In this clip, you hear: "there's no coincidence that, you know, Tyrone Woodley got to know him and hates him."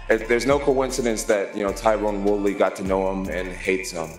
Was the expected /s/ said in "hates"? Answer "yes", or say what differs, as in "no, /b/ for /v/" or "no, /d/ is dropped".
yes